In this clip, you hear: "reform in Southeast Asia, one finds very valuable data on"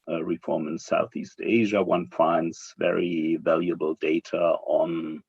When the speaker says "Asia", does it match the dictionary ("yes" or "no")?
yes